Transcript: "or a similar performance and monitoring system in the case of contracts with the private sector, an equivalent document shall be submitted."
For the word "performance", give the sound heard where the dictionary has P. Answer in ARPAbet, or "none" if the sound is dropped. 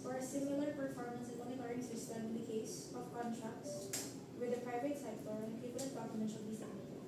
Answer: P